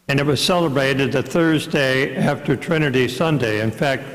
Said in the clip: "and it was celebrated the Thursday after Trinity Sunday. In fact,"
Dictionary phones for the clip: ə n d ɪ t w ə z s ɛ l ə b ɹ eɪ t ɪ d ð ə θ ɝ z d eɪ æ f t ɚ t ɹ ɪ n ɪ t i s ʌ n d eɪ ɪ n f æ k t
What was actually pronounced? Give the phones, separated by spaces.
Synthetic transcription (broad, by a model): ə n ɪ t w ə z s ɛ l ə b ɹ eɪ t ɪ d ð ə θ ɝ z d eɪ æ f t ɚ t ɹ ɪ n ɪ t i s ʌ n d eɪ ɪ n f æ k t